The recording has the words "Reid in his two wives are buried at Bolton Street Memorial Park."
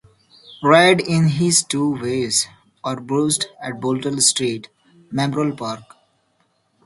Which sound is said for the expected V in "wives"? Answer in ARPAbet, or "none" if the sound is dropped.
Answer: none